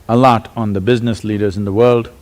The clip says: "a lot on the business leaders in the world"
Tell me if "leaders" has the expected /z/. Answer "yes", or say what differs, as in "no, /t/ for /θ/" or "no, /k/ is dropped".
yes